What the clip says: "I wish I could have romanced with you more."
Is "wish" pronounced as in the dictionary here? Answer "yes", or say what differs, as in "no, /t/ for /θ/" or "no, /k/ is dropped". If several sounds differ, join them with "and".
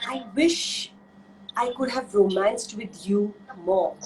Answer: yes